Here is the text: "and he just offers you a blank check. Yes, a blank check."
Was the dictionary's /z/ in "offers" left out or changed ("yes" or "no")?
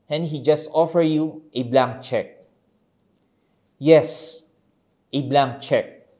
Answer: yes